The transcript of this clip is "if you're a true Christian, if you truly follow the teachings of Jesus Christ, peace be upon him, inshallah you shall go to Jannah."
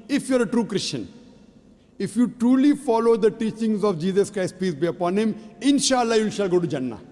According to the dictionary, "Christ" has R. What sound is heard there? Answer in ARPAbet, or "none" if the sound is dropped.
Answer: R